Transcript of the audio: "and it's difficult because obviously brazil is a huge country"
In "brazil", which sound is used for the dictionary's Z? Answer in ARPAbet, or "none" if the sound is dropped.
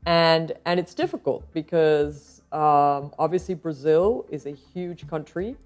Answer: Z